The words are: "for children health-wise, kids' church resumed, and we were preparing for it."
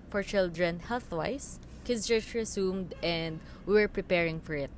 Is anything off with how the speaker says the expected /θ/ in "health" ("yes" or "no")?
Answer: no